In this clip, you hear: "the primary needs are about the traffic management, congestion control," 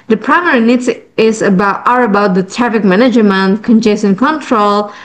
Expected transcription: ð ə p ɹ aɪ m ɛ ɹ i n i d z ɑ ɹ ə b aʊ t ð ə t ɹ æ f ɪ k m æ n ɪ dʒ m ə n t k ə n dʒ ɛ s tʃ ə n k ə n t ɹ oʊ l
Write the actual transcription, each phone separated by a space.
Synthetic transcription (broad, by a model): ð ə p ɹ aɪ m ɛ ɹ i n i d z ɑ ɹ ə b aʊ t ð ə t ɹ æ f ɪ k m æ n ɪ dʒ m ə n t k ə n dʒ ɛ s ə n k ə n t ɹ oʊ l